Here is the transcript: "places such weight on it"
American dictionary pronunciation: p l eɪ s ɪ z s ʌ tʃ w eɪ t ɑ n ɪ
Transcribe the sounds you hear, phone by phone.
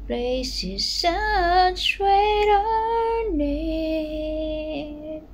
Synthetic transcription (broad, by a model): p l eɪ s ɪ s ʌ s w eɪ t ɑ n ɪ